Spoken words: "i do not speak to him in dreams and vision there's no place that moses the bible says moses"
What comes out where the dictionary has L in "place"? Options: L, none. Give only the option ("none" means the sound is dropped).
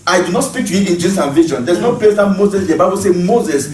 none